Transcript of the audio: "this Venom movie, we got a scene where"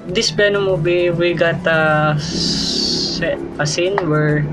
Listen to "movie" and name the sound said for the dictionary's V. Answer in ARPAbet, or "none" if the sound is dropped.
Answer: B